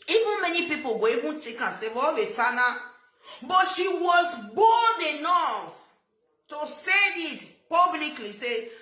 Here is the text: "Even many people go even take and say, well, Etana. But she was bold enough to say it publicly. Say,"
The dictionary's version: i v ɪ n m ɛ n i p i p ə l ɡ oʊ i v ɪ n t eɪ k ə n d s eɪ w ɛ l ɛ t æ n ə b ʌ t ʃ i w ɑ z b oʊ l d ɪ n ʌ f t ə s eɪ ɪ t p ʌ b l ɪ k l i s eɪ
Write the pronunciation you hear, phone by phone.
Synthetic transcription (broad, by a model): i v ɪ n m ɛ n i p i p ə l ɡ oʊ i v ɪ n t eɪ k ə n s eɪ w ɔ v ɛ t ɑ n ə b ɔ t ʃ i w ɑ z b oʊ n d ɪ n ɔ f t ə s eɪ ɪ t p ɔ b l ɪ k l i s eɪ